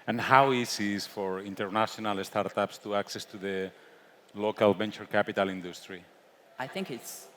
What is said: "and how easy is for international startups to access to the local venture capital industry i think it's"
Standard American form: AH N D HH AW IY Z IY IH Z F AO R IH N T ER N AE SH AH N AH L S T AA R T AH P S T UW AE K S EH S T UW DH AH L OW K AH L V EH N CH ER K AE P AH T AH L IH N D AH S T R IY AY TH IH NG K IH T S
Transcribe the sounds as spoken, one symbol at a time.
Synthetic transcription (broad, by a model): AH N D HH AW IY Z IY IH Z F AO R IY N T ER N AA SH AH N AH L S T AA R T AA P S T UW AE K S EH S T UW DH AH L OW K AH L B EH N CH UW K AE P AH T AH L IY N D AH S T R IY AY TH IH NG K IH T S